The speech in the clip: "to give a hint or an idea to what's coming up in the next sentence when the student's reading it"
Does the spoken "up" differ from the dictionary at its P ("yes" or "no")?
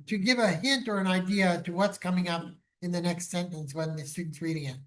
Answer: no